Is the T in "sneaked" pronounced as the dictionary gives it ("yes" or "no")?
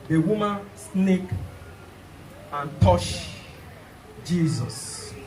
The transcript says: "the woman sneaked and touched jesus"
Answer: no